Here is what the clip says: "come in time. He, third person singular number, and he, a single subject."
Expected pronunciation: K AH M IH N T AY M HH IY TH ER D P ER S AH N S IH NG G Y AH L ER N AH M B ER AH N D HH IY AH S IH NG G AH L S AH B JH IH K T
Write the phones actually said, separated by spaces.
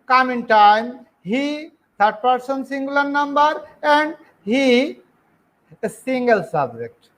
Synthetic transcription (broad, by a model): K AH M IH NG T AY M HH IY T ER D P ER S AH N S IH NG G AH L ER N AH M B ER AH N D HH IY AH S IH NG G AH L S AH B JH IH K T